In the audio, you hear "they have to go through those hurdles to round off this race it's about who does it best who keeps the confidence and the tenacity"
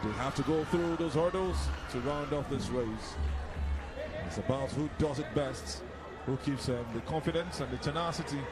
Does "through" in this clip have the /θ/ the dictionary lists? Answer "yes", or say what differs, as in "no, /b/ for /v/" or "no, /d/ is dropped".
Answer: yes